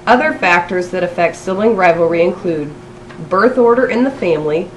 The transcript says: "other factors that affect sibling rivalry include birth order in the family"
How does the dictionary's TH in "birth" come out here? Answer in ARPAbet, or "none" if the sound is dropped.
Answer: TH